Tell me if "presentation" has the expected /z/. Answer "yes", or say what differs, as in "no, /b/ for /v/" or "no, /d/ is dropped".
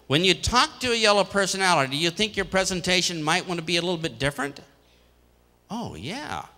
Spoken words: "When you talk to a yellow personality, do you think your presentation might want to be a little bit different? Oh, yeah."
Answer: yes